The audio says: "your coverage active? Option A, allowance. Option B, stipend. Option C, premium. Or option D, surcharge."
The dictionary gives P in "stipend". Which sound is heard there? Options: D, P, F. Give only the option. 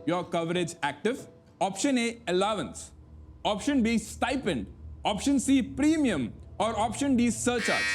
P